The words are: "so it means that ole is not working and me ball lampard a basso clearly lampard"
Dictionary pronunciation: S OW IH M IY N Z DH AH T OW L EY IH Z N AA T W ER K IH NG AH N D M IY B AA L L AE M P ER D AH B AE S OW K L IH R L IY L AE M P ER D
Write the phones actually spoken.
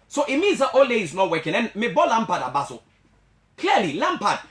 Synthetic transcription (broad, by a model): S OW IH M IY Z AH T OW L EY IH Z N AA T W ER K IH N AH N M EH B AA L L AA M P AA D AH B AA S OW K L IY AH L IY L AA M P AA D